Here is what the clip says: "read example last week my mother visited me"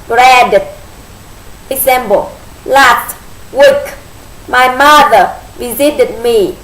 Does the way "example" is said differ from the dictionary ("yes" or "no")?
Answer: yes